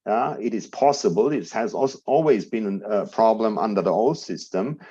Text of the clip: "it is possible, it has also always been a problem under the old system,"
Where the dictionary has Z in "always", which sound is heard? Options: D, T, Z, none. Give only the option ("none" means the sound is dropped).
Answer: Z